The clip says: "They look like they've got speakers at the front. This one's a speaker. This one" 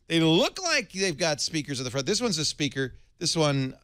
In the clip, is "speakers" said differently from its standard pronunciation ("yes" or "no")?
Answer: no